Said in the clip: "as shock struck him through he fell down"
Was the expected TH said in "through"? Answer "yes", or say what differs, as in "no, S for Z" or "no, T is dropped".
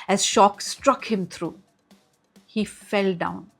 no, T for TH